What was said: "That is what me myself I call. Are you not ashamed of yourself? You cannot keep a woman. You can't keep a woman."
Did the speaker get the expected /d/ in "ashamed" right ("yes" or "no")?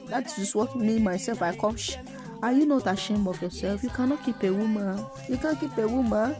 no